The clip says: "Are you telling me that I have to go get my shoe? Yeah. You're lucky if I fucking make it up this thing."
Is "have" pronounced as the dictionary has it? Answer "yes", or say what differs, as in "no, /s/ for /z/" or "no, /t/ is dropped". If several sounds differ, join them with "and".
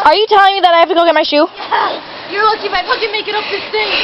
no, /f/ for /v/